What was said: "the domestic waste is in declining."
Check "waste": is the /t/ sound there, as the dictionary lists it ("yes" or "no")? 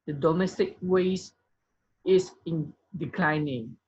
no